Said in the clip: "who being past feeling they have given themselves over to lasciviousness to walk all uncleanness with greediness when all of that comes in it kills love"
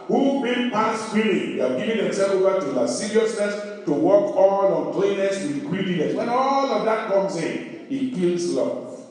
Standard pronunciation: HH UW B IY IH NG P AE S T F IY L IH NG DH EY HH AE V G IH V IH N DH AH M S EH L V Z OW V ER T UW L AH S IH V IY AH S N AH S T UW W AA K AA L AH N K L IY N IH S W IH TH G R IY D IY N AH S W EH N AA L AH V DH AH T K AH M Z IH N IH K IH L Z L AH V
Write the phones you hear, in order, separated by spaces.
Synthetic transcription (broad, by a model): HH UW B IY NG P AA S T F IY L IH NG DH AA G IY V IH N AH S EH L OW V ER T UW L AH S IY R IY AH S N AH S T UW W AA K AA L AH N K L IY N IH S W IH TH G R IY D IY N AH S W EH N AA L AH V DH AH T K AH M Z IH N IH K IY L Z L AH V